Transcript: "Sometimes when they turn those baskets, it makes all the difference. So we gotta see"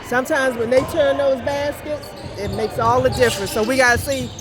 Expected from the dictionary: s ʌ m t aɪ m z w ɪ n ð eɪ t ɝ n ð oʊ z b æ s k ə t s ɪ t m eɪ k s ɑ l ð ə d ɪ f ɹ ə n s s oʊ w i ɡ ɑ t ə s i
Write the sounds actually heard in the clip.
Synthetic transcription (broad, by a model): s ʌ m t aɪ m z w ɪ n ð eɪ t ɝ n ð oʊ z b æ s k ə t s ɪ t m eɪ k s ɑ l ð ə d ɪ f ɹ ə n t s oʊ w i ɡ ɑ t ə s i